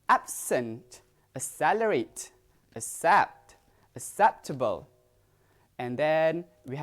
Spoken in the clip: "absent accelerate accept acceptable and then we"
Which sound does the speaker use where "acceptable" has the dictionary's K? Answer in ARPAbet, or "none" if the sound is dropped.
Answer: none